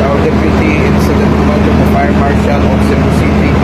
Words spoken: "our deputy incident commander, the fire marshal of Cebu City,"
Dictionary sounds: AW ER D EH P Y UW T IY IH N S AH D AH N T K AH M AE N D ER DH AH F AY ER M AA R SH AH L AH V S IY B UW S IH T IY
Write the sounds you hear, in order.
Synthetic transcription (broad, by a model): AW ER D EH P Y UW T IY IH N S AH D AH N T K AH AH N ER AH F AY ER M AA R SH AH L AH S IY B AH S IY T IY